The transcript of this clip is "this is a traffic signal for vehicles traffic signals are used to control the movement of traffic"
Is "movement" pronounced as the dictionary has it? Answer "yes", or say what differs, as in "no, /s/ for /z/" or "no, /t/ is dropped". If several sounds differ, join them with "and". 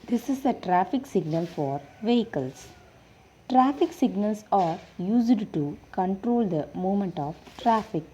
no, /v/ is dropped